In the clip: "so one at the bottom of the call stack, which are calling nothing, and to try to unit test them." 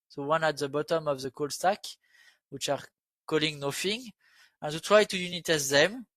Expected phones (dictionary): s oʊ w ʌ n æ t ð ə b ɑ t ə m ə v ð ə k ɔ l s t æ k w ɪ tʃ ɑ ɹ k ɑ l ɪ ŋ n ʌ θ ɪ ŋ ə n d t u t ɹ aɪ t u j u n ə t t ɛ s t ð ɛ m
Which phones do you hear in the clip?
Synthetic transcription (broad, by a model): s oʊ w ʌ n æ t ð ə b ɑ t ə m ə v ð ə k ɔ l s t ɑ k w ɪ tʃ ɑ ɹ k ɑ l ɪ ŋ n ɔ f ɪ ŋ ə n t u t ɹ aɪ t u j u n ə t t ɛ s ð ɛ m